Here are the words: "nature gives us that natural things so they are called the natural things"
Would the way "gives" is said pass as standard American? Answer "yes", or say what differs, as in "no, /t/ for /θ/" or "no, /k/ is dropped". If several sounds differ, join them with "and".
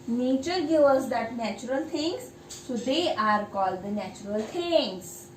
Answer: no, /z/ is dropped